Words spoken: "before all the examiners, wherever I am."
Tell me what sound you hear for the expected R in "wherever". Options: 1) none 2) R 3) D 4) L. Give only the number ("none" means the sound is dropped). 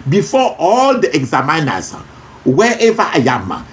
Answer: 1